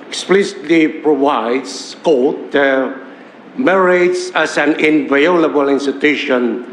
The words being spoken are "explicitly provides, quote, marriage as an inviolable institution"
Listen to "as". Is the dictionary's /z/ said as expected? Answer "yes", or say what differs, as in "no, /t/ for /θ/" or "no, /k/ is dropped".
no, /s/ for /z/